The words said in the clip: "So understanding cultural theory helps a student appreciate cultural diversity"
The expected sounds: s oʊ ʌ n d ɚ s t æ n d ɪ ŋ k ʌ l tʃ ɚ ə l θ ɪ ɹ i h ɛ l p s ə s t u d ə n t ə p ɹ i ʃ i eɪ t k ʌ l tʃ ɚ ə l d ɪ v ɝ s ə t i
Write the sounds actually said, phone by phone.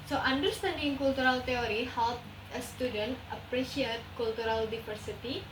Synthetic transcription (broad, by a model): s oʊ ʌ n d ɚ s t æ n d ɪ ŋ k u l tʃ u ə l t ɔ ɹ i h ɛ l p ə s t u d ə n t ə p ɹ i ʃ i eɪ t k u l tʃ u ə l d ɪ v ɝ s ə t i